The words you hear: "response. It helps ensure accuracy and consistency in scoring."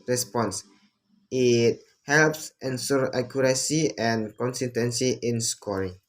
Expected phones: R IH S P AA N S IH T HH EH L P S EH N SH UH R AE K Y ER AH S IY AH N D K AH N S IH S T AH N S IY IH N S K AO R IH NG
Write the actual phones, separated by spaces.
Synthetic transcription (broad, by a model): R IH S P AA N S IH T HH EH L P S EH N S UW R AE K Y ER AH S IY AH N K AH N S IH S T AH N S IY IH N S K AO R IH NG